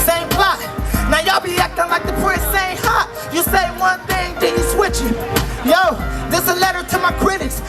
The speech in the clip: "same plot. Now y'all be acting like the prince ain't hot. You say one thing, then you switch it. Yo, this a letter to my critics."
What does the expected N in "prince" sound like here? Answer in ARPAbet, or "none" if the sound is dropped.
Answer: none